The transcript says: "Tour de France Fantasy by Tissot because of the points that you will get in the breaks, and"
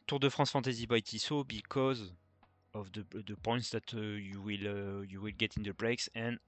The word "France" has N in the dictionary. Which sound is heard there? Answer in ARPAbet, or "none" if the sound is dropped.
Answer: none